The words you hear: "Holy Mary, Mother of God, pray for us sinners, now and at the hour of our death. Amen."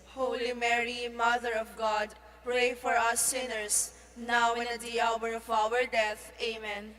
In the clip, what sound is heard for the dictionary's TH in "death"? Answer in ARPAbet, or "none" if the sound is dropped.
T